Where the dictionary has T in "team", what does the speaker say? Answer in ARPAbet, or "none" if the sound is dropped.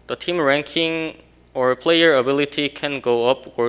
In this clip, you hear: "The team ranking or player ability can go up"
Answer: T